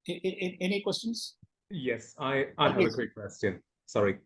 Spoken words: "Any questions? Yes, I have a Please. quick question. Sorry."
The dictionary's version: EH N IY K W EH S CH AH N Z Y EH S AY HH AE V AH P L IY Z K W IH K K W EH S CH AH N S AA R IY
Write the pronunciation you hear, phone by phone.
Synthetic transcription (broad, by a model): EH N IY K W EH S CH AH N Z Y EH S AY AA AH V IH K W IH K K W EH S CH AH N S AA R IY